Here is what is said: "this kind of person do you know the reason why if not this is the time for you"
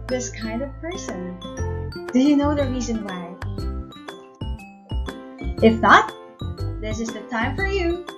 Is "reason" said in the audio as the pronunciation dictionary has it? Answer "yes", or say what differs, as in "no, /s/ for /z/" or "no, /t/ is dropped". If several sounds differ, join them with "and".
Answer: yes